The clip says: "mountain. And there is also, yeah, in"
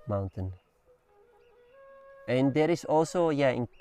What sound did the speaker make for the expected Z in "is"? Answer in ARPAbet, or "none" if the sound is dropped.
S